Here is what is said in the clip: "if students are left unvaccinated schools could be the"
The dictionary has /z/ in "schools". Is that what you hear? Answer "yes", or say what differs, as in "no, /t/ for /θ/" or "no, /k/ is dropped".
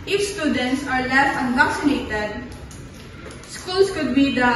no, /s/ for /z/